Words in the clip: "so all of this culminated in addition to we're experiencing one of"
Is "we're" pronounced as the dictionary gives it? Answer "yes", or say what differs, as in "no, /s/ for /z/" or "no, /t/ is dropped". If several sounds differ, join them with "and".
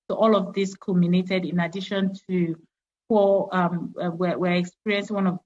no, /w/ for /ɹ/